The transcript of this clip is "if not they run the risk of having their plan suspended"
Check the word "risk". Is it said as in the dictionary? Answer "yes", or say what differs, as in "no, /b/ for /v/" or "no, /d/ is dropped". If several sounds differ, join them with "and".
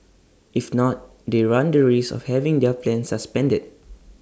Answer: no, /k/ is dropped